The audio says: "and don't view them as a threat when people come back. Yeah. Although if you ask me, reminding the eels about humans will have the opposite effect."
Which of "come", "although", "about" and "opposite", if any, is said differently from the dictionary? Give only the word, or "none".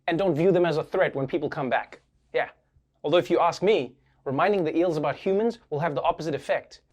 none